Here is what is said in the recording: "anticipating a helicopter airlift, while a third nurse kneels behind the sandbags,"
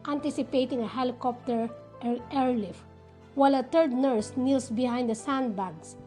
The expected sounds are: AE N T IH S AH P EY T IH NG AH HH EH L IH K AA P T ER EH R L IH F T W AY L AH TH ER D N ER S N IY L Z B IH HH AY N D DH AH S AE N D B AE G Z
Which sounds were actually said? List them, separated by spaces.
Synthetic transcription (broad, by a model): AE N T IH S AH P EY T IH NG AH HH EH L IH K AA P T ER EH R L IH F W AY L AH T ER D N ER S N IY L S B IH HH AY N D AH S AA N D B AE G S